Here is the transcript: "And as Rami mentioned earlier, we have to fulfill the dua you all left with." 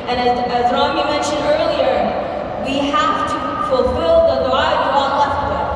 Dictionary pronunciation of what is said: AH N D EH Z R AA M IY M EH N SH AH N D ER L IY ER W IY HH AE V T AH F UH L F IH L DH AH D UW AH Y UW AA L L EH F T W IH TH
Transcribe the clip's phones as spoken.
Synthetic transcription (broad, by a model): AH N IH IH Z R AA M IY M EH N SH AH N D ER L IY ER W IY HH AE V T AH F UH L F IH L DH AH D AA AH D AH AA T L EH F T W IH